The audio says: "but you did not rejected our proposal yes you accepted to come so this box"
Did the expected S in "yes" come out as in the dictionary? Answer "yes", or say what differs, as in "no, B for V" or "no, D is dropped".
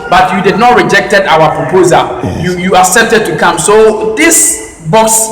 no, S is dropped